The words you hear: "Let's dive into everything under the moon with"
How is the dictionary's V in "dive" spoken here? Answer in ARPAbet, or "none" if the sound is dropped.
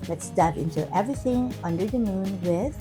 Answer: P